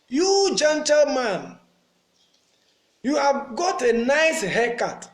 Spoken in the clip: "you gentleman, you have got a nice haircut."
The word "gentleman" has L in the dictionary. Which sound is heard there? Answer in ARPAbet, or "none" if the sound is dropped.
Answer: L